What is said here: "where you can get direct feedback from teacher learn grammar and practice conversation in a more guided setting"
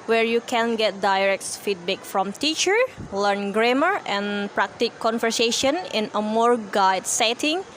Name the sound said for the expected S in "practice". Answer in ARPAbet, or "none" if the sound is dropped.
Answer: none